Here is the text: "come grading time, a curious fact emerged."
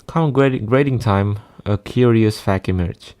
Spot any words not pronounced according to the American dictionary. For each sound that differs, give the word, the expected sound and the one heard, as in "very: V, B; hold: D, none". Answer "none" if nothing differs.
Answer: fact: T, none